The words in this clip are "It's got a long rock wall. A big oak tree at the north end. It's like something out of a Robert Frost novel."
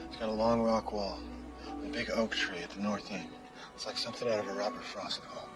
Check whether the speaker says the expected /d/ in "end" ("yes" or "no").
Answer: no